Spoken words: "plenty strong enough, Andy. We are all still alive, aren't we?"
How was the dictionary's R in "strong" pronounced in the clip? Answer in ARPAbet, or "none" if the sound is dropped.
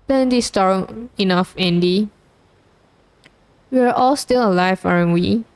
none